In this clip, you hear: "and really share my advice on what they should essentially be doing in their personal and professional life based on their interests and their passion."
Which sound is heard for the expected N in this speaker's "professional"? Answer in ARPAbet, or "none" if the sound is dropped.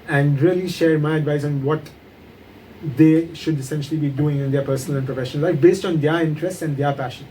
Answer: none